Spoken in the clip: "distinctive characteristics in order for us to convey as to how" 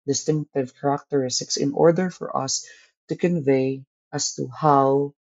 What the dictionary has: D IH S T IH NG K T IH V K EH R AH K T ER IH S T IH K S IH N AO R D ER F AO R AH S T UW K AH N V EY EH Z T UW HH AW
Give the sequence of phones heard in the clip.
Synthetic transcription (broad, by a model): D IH S T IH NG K T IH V K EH R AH K T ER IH S T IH K S IH N AO R D ER F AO R AH S T UW K AH N V EY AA S T UW HH AW